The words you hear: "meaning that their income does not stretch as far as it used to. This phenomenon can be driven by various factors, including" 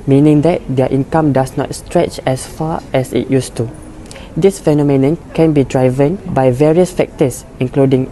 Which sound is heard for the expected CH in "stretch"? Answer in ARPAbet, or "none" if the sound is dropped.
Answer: CH